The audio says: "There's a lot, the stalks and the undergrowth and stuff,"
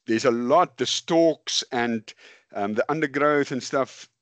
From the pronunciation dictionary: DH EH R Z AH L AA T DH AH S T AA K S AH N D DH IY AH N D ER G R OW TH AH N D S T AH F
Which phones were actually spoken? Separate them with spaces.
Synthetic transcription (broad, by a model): DH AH R Z AH L AA T DH AH S T AA K S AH N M DH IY AH N D ER G R OW TH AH N S T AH F